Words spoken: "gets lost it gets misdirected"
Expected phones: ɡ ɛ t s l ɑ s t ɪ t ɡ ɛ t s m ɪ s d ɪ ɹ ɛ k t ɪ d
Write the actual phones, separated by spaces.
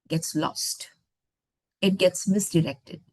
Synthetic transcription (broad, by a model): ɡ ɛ t s l ɑ s t ɪ t ɡ ɛ t s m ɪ s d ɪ ɹ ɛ k t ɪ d